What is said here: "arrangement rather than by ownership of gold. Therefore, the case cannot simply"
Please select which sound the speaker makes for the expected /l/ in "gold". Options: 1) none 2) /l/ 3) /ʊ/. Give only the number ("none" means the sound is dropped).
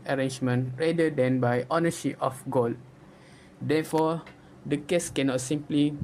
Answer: 2